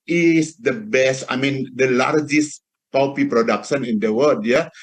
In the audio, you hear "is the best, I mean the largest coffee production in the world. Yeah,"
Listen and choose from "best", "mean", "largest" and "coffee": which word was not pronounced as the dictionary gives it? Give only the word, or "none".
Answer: coffee